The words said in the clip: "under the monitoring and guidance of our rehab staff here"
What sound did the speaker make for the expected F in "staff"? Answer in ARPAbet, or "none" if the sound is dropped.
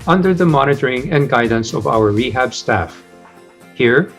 F